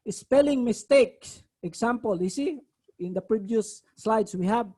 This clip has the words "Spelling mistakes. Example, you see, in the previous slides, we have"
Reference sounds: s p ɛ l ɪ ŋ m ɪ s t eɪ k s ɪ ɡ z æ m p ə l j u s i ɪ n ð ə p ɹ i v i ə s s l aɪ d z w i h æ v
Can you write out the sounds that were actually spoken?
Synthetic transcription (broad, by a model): s p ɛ l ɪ ŋ m ɪ s t eɪ k s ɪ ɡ s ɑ m p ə l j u s i ɪ n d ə p ɹ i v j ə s s l aɪ d s w i h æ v